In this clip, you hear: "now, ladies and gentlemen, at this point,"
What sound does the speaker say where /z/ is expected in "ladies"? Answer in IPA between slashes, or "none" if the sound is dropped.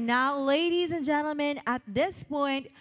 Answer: /z/